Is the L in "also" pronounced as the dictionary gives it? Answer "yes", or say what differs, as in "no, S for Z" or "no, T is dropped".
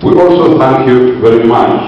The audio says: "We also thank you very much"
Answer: yes